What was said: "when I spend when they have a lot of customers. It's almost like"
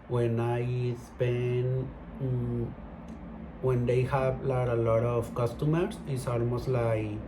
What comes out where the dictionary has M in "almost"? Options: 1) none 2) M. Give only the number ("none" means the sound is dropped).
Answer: 2